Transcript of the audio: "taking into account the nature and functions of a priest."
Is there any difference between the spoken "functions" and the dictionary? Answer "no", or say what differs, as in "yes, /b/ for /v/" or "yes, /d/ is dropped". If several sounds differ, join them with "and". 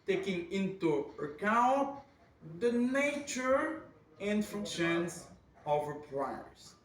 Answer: yes, /ŋ/ is dropped